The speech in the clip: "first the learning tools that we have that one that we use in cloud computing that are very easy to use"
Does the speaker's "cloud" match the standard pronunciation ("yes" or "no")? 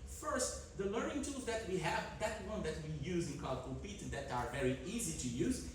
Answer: no